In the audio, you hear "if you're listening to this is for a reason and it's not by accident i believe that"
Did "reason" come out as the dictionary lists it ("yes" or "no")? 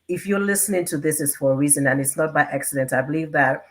yes